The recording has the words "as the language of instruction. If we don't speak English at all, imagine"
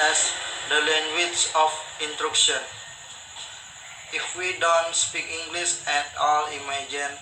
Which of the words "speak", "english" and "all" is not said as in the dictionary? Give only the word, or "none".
english